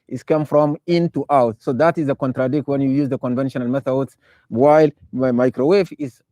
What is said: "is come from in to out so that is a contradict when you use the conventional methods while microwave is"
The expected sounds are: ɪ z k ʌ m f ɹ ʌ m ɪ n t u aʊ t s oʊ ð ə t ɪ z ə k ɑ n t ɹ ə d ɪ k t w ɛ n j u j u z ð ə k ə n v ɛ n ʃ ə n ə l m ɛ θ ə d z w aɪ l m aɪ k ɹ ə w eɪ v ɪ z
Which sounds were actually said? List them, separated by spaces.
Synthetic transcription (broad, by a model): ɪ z k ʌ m f ɹ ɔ m ɪ n t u aʊ t s oʊ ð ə t ɪ z ə k ɑ n t ɹ ə d ɪ k t w ɛ n j u j u z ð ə k ə n v ɛ n ʃ ə n ə l m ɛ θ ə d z w aɪ l m aɪ k ɹ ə w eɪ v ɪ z